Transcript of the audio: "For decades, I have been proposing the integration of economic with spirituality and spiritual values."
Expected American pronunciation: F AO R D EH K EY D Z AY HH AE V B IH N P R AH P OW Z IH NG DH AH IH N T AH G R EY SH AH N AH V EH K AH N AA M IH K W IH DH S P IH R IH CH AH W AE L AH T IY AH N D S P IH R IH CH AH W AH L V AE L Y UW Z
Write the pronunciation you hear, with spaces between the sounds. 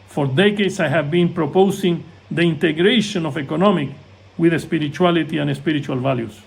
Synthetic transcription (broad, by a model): F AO R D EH K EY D S AY HH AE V B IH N P R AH P OW S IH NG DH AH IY N T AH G R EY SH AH N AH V EH K AH N AA M IH K W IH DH S P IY R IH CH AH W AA L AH T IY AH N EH S P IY R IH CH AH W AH L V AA L Y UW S